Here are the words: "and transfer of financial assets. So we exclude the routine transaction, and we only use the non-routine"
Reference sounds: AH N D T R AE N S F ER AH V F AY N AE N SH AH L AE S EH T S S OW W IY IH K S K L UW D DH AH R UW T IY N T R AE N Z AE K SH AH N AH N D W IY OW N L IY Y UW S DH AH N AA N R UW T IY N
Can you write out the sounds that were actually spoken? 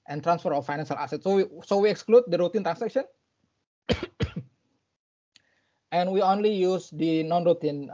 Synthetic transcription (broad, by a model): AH N T R AE N S F ER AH F AY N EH N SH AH L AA S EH T S S OW W IY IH K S K L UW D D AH R UW T IY N T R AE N S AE K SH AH N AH N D W IY OW N L IY Y UW S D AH N AA N R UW T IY N